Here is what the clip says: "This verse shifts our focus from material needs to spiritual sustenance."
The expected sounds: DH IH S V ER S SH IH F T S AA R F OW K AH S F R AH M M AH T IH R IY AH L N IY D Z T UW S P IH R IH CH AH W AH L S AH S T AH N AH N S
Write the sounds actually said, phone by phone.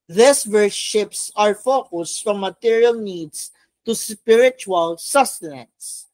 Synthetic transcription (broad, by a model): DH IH S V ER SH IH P S AA R F OW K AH S F R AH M M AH T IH R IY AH L N IY D S T UW S P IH R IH CH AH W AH L S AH S T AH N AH N S